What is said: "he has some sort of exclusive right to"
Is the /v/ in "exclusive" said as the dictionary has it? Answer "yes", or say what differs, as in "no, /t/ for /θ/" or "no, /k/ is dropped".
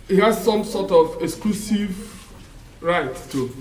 yes